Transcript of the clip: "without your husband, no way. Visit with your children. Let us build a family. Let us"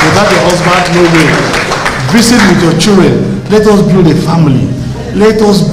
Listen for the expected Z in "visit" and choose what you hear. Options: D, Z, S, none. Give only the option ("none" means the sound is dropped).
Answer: S